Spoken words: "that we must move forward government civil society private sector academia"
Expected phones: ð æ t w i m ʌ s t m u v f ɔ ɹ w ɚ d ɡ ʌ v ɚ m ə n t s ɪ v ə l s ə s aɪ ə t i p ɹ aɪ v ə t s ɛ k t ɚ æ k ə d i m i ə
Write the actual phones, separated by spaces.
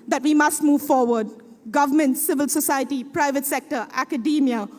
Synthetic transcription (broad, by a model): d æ t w i m ʌ s t m u v f ɔ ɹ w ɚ d ɡ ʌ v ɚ m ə n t s ɪ v ə l s ə s aɪ ə t i p ɹ aɪ v ə t s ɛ k t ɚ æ k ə d i m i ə